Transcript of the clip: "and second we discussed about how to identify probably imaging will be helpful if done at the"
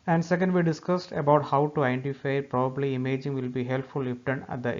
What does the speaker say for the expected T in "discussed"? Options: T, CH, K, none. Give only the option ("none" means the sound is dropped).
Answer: T